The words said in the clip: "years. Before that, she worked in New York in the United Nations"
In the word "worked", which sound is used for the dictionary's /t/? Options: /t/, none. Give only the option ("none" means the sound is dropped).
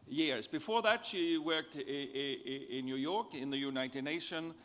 /t/